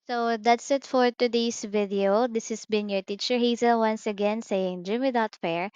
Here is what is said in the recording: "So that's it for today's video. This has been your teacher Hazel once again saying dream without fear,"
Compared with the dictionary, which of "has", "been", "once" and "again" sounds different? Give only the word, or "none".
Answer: has